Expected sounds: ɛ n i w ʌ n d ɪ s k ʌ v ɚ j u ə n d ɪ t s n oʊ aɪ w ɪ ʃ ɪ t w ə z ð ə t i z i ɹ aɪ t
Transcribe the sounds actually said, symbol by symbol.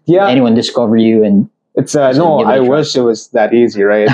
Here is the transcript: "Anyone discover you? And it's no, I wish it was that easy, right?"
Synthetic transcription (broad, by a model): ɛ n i w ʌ n d ɪ s k ʌ v ɚ j u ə n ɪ t s n oʊ aɪ w ɪ ʃ ɪ t w ə z ð ə t i z i ɹ aɪ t